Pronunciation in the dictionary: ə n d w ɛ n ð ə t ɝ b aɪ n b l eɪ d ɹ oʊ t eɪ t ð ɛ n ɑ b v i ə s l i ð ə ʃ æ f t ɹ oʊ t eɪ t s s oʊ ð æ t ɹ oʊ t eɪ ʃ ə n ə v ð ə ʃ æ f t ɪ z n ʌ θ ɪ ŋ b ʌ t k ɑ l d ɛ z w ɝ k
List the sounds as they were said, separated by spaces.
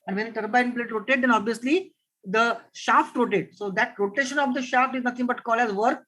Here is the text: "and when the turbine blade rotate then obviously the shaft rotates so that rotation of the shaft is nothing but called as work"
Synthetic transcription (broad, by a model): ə n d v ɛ n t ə t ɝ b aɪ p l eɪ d ɹ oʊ t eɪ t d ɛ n ɑ b v i ə s l i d ə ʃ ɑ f t ɹ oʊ t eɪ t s s oʊ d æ t ɹ oʊ t eɪ ʃ ə n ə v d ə ʃ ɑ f t ɪ z n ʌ t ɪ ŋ b ʌ t k ɑ l ɛ z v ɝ k